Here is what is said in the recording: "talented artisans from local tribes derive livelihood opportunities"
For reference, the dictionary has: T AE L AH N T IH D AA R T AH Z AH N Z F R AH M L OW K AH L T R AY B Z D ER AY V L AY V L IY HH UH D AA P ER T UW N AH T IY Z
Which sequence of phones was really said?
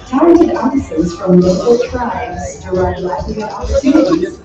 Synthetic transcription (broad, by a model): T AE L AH N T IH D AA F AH S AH Z F R AH M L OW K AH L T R AY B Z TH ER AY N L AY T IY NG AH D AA P ER T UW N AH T IY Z